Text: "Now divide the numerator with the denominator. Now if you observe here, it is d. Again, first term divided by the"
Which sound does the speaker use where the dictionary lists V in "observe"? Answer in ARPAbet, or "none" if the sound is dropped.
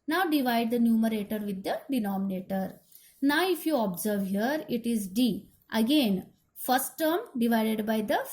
V